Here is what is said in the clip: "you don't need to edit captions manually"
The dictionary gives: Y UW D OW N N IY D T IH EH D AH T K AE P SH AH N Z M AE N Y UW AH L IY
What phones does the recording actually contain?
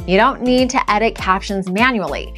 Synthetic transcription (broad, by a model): Y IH D OW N N IY D T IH EH D AH T K AE P SH AH N Z M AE N Y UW L IY